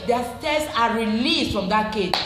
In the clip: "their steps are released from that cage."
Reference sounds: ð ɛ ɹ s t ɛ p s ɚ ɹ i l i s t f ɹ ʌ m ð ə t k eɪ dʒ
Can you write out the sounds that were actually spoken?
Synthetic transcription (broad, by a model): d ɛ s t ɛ s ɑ ɹ i l i s t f ɹ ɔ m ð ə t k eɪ